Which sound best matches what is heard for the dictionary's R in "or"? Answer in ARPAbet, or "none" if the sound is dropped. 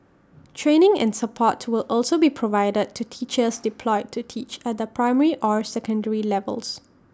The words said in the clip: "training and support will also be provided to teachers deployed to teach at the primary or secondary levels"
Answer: R